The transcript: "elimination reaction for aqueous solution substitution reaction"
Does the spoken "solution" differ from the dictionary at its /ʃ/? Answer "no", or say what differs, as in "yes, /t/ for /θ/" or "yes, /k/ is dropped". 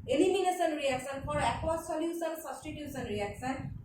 yes, /s/ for /ʃ/